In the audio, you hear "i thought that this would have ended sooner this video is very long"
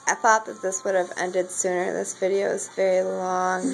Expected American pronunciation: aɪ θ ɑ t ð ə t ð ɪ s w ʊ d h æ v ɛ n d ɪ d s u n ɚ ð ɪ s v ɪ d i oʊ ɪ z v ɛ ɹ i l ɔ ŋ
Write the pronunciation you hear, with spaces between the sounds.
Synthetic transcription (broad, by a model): aɪ θ ɑ t ð ə t ð ɪ s w ʊ d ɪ v ɛ n d ɪ d s u n ɚ ð ɪ s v ɪ d i oʊ ɪ z v ɛ ɹ i l ɔ ŋ